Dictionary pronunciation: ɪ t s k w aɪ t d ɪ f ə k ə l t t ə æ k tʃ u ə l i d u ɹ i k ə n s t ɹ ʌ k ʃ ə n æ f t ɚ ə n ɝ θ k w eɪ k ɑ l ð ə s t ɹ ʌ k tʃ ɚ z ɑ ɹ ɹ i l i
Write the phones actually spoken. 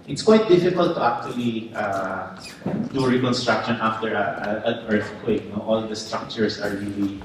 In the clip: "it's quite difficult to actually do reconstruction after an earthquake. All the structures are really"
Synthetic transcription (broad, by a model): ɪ t s k w aɪ t d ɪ f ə k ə l t t ə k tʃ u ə l i d u ɹ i k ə n s t ɹ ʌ k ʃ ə n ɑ f t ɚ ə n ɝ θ k w eɪ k ɑ l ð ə s t ɹ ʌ k tʃ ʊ s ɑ ɹ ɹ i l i